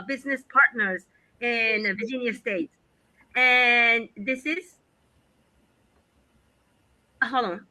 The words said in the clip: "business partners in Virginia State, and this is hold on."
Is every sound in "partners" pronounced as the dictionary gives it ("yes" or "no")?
yes